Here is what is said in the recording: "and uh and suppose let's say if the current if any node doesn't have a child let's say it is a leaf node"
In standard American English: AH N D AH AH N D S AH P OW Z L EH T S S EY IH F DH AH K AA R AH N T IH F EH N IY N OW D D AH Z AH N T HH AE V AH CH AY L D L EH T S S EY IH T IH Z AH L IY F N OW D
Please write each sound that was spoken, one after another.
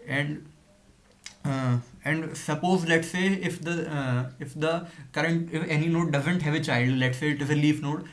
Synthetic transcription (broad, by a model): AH N D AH AH N D S AH P OW Z L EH T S S EY IH F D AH K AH R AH N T IH F EH N IY N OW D D AH Z AH N T HH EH V AH CH AY L D L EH T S S EY IH T IH Z AH L IY F N OW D